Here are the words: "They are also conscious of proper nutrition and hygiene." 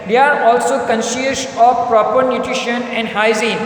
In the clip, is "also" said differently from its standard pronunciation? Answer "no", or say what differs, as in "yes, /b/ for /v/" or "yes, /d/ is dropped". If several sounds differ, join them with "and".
no